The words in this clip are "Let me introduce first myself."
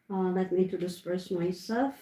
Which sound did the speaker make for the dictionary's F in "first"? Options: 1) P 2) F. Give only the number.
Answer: 1